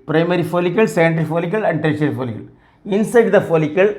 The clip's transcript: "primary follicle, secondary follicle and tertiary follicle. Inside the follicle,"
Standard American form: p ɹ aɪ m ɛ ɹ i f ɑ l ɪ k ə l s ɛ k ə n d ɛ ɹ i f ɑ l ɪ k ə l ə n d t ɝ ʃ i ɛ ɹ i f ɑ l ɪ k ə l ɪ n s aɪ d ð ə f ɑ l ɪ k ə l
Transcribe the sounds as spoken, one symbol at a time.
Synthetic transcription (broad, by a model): p ɹ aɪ m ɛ ɹ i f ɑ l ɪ k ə l s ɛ ə n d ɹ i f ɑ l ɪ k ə l ə n d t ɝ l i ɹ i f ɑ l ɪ k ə l ɪ n s aɪ d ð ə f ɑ l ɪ k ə l